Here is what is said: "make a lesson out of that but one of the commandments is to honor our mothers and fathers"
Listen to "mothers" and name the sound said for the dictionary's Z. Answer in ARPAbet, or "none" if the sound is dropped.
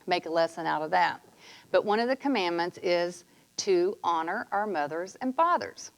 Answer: Z